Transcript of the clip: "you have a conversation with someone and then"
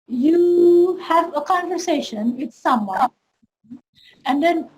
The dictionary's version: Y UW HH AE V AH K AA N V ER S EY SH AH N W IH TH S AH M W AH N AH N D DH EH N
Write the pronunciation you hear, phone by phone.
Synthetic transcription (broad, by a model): Y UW HH AE V AH K AA N V ER S EY SH AH N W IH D S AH M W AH AH N D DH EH N